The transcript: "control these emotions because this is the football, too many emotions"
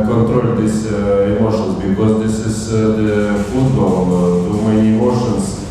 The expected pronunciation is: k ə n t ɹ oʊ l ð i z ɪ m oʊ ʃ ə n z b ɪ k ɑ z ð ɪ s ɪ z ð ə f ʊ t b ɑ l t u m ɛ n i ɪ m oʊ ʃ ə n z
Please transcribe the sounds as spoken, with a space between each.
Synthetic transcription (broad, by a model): k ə n t ɹ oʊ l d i s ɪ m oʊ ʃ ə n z b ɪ k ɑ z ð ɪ s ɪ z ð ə f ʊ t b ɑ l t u m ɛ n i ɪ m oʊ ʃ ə n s